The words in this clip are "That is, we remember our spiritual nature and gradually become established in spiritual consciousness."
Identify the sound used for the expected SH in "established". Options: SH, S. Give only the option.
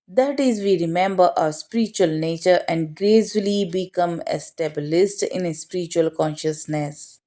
S